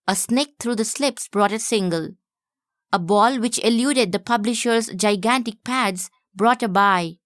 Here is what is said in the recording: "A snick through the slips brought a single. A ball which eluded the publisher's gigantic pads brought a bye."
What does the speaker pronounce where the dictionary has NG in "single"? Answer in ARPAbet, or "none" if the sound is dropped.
NG